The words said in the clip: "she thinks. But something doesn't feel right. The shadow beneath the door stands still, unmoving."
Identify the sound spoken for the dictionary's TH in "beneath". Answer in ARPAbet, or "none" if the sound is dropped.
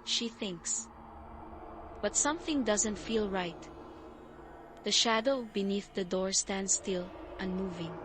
TH